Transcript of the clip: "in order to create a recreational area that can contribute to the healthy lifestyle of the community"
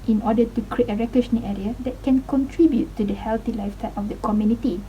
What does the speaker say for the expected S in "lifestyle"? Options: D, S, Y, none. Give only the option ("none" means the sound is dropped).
none